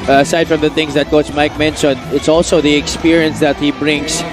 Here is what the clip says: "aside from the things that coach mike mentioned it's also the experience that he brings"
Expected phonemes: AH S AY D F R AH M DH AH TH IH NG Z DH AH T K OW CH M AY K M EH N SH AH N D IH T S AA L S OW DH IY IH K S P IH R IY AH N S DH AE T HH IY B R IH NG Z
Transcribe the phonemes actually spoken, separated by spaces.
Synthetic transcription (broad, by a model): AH S AY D F R AH M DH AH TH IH NG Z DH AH T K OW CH M AY K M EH N S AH N IH T S AA L S OW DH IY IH K S P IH R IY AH N S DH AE T HH IY B R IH NG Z